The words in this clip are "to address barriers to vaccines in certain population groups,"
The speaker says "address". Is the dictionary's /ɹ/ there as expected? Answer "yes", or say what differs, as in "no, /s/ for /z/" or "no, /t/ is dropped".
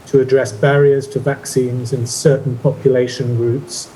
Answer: yes